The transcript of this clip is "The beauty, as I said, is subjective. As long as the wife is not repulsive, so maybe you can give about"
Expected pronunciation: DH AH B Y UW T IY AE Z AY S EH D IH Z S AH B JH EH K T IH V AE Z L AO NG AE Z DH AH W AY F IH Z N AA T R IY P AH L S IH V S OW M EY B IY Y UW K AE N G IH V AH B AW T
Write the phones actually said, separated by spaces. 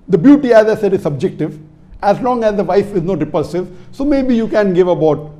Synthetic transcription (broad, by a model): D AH B Y UW T IY AE Z AY S EH D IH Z S AH B JH EH K T IH V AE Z L AO NG AE Z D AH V AY F IH Z N AA T R IY P AH L S IH V S OW M EY B IY Y UW K AE N G IH V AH B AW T